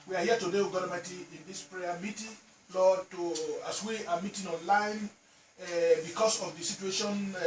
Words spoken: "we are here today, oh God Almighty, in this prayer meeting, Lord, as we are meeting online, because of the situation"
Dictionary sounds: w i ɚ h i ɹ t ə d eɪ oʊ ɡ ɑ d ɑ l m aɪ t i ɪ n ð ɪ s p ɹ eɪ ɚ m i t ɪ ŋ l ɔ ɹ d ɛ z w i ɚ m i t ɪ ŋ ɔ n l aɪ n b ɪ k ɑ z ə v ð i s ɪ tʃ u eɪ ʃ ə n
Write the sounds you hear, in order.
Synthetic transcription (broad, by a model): w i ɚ h i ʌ t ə d eɪ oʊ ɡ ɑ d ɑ m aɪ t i ɪ n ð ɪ s p ɹ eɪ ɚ m i t ɪ ŋ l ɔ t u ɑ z w i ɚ m i t ɪ ŋ ɔ n l aɪ n b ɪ k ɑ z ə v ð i s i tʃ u eɪ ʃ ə n